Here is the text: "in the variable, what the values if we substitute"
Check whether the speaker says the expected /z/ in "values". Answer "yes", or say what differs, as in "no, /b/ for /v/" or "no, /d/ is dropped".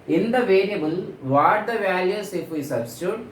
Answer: no, /s/ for /z/